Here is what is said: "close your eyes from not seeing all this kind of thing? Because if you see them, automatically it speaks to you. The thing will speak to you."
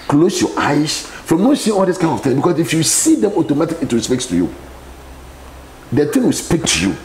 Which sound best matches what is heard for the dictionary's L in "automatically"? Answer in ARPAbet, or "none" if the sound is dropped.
none